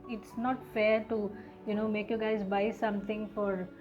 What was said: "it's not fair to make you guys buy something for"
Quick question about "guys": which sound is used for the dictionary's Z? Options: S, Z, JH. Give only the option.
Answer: Z